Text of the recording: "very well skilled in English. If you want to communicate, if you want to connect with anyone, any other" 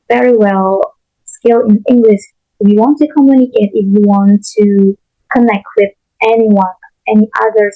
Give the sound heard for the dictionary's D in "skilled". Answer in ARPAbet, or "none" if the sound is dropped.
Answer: none